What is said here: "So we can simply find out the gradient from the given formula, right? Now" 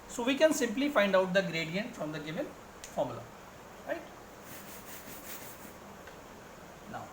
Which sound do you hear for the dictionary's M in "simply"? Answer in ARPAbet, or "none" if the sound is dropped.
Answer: M